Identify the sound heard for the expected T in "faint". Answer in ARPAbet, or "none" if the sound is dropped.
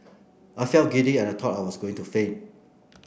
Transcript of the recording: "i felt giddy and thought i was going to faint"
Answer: none